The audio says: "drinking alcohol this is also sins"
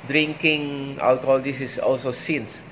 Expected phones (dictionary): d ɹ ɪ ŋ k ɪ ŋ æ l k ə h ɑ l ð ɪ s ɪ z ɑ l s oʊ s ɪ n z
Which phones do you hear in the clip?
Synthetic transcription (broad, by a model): d ɹ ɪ ŋ k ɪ ŋ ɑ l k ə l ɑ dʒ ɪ s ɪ s ɑ l s oʊ s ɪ n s